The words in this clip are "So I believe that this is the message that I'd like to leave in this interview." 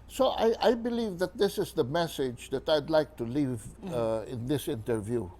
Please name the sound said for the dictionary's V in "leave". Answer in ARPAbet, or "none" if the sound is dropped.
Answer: V